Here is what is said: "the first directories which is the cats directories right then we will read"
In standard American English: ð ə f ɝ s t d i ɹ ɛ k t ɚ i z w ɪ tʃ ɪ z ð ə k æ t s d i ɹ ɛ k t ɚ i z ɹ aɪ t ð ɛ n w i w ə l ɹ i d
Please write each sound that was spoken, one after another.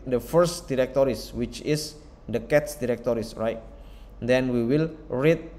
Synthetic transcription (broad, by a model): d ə f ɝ s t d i ɹ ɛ k t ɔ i s w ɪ tʃ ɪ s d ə k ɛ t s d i ɹ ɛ k t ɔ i s ɹ aɪ t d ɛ n w i w ə l ɹ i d